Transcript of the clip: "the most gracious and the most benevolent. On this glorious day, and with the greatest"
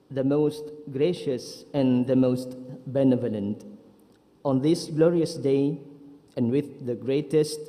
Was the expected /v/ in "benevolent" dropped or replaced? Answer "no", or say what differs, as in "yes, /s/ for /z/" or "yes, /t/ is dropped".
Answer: no